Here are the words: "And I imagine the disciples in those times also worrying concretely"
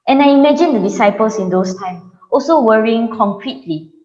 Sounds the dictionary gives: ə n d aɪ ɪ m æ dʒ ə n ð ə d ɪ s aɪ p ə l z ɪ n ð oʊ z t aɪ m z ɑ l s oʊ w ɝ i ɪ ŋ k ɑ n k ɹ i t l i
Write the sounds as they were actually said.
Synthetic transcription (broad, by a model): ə n aɪ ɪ m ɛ dʒ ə n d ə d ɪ s aɪ p ə l s ɪ n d oʊ s t aɪ m ɑ l s oʊ w ɝ i ɪ ŋ k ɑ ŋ k ɹ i t l i